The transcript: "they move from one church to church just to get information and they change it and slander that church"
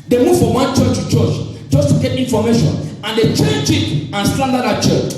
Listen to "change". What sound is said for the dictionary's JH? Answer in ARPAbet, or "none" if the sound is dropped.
CH